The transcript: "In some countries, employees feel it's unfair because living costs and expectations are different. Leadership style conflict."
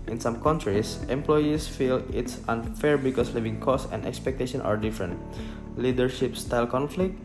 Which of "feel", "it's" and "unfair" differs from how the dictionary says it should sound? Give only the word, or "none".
none